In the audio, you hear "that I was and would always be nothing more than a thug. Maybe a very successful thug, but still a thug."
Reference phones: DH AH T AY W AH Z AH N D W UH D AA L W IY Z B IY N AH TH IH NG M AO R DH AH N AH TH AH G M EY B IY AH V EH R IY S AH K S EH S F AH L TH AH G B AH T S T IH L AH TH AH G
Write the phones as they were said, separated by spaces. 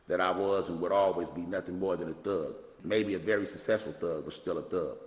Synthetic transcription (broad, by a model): DH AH T AY W AH Z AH N W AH D AA L W IY Z B IY N AH TH IH NG M AO R DH AH N AH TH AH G M EY B IY AH V EH R IY S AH K S EH S F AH L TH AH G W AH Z S T IH L AH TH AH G